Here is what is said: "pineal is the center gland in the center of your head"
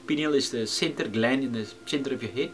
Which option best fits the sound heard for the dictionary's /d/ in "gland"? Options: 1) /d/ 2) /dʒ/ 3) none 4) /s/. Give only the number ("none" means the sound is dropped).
3